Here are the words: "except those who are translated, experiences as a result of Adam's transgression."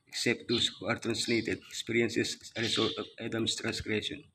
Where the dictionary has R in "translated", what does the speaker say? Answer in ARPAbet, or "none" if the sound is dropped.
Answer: R